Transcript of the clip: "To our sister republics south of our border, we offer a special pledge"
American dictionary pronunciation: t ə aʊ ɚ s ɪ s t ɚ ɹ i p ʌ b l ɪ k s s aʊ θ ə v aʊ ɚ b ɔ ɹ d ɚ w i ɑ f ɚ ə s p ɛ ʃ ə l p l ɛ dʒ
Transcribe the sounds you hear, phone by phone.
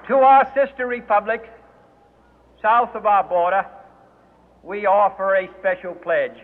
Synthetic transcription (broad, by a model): t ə aʊ ɚ s ɪ s t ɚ ɹ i p ʌ b l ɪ k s s aʊ θ ə v aʊ ɚ b ɔ ɹ d ɚ w i ɑ f ɚ ə s p ɛ ʃ l p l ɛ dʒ